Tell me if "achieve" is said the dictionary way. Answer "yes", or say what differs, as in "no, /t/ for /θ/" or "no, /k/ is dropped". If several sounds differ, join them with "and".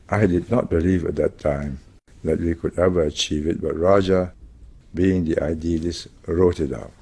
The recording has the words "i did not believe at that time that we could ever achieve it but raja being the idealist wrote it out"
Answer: yes